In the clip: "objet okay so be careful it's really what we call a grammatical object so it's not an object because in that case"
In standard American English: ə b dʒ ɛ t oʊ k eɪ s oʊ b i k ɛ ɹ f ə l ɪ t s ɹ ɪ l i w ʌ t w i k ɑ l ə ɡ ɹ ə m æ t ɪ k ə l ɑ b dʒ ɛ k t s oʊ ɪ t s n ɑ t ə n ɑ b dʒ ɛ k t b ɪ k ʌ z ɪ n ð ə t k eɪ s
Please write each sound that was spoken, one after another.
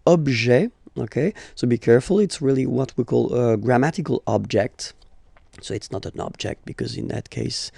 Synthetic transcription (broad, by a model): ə b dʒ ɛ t oʊ k eɪ s oʊ b i k ɛ ɹ f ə l ɪ t s ɹ ɪ l i w ʌ t w i k ɑ l ə ɡ ɹ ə m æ t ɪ k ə l ɑ b dʒ ɛ k t s oʊ ɪ t s n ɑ t ə n ɑ b dʒ ɛ k t b ɪ k ʌ z ɪ n ð ə t k eɪ s